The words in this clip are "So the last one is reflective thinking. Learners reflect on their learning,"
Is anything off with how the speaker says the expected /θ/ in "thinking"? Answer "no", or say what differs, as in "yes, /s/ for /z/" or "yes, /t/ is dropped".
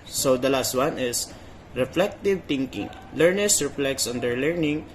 yes, /t/ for /θ/